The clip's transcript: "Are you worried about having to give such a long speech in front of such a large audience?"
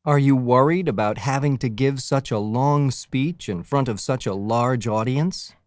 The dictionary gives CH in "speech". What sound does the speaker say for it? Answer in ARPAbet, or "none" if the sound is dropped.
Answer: CH